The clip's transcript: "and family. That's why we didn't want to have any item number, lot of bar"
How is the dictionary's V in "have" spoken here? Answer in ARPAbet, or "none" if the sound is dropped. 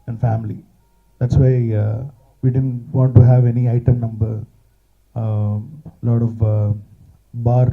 V